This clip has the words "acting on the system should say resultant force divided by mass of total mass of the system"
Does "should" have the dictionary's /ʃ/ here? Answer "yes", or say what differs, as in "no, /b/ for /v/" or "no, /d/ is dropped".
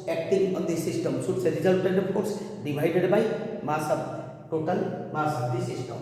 no, /s/ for /ʃ/